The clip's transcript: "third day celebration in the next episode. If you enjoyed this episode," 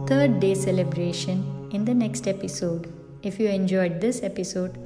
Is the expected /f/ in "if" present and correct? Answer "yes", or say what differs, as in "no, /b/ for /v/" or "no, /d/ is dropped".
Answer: yes